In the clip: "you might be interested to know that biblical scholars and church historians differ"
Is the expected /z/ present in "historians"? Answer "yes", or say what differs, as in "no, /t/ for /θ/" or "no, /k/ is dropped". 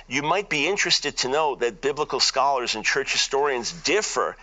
yes